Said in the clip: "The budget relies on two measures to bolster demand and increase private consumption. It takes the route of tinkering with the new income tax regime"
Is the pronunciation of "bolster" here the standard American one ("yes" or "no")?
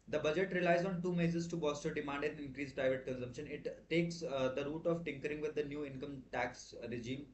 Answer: no